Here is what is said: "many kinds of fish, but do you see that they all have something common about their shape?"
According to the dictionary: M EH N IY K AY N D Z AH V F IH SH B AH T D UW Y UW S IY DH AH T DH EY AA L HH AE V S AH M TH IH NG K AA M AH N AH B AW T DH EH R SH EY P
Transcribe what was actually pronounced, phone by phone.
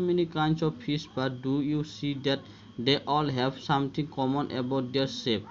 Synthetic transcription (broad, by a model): M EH N IY K AY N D S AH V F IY S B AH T D UW Y UW S IY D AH T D EY AA L HH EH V S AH M T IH NG K AA M AH N AH B AW T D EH R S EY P